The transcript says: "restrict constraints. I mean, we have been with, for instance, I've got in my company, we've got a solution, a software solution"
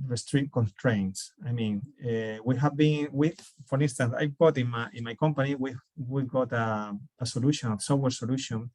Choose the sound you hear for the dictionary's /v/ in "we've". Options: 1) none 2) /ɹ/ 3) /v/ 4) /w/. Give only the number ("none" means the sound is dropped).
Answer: 4